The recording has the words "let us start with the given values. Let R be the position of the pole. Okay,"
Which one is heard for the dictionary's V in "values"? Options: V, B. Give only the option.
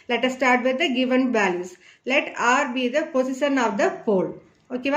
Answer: B